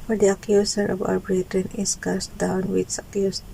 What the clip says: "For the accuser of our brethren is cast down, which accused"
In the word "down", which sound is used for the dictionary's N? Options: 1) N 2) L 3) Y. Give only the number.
1